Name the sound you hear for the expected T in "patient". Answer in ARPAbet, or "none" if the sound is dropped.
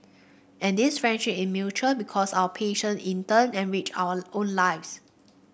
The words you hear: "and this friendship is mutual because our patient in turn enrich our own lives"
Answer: none